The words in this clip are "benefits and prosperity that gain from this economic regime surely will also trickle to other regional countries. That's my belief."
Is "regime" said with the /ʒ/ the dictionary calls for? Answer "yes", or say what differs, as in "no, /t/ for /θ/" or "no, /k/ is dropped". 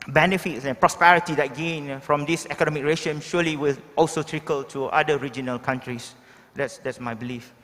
no, /ʃ/ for /ʒ/